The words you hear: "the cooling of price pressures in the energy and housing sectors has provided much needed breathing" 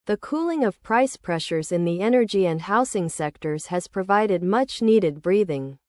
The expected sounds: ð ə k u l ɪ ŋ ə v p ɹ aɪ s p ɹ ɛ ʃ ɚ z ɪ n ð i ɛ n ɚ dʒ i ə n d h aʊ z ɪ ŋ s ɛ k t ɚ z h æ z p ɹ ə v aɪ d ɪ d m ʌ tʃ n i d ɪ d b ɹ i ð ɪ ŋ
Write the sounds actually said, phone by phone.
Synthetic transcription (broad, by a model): ð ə k u l ɪ ŋ ə v p ɹ aɪ s p ɹ ɛ ʃ ɚ z ɪ n ð i ɛ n ɚ dʒ i ə n d h aʊ s ɪ ŋ s ɛ k t ɚ z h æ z p ɹ ə v aɪ d ɪ d m ʌ tʃ n i d ɪ d b ɹ i ð ɪ ŋ